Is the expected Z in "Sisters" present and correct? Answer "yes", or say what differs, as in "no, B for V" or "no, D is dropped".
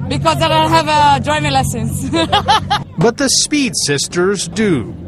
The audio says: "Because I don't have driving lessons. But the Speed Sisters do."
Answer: yes